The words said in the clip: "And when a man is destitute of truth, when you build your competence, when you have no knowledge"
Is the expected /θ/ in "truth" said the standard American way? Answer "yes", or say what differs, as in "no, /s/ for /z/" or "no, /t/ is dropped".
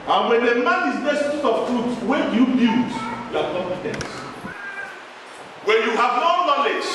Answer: no, /t/ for /θ/